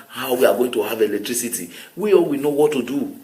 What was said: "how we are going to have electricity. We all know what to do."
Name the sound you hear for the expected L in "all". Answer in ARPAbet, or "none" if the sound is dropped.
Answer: W